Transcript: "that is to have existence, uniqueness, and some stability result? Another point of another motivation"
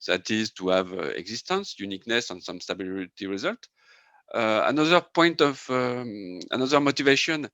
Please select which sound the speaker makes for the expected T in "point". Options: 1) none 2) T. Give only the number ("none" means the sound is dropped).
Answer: 2